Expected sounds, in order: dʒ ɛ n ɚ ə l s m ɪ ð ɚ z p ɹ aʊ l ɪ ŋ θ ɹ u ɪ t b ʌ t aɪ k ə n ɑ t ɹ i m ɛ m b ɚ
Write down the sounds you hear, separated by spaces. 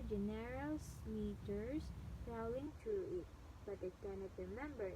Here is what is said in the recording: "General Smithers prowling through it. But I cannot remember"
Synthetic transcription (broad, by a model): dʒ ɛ n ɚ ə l s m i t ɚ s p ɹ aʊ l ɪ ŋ t ɹ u ɪ t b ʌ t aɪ k ə n ɑ t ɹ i m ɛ m b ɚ